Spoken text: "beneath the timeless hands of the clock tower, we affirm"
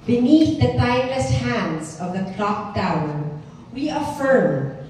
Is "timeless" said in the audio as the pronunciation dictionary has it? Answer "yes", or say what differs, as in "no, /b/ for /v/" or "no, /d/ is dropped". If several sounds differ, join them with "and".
no, /m/ is dropped